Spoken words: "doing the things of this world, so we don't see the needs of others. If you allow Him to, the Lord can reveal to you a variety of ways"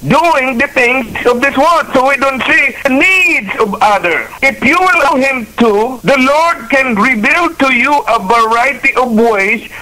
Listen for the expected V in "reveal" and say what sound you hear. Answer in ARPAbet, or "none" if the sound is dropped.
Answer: B